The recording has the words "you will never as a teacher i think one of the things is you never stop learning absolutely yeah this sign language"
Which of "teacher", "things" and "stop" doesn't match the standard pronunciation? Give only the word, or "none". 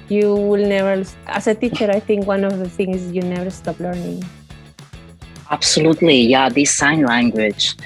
things